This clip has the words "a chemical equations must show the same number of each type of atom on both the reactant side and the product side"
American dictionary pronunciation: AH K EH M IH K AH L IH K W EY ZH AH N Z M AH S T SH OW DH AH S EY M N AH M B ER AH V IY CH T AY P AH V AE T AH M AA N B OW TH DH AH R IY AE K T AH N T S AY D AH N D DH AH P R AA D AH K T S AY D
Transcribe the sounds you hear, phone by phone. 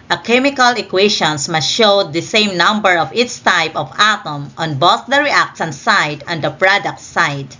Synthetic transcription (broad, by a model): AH K EH M IH K AH L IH K W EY SH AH N S M AH S T SH OW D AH S EY M N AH M B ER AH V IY S T AY P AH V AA T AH M AA N B OW TH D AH R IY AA K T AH N S AY D AH N D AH P R AA D AH K T S AY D